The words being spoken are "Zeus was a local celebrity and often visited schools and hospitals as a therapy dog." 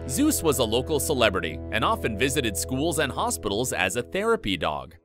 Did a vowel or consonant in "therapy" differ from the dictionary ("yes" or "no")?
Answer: no